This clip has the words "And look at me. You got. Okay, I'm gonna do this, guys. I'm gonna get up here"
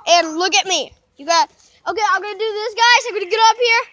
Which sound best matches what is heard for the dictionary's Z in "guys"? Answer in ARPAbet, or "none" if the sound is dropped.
none